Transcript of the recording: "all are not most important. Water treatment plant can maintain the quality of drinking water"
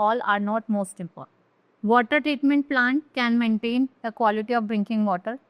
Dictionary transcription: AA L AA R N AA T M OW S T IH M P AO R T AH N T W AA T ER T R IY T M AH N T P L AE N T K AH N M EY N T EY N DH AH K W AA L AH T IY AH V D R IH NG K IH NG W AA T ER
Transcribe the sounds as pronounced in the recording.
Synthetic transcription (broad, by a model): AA L AA R N AA T M OW S T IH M P AO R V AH T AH T T R IY T M AH N T P L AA N T K AH N M EY N T EY N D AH K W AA L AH T IY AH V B R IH NG K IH NG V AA T ER